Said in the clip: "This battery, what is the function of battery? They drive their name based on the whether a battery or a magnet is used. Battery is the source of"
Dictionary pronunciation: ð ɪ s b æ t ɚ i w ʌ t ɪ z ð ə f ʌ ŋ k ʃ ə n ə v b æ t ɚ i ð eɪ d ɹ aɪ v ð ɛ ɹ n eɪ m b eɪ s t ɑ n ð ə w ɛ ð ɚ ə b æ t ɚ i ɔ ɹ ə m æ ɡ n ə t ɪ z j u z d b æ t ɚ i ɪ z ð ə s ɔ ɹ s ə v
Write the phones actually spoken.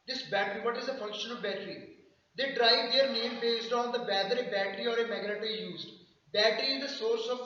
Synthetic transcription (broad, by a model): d ɪ s b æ t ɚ i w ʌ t ɪ z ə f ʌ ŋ k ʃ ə n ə b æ t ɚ i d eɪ d ɹ aɪ v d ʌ ɹ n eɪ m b eɪ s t ɑ n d ə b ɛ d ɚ ə b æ t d i ɔ ɹ ə m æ ɡ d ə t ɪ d j u z d b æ t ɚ i ɪ z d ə s ɔ ɹ s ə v